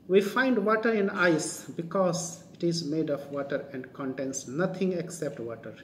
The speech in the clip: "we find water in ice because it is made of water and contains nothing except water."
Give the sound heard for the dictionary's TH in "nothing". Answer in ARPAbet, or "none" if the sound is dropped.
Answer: T